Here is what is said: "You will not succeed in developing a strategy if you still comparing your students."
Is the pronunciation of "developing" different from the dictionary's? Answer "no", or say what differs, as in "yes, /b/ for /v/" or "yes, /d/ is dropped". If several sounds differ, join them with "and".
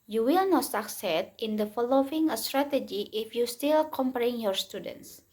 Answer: yes, /f/ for /v/ and /p/ is dropped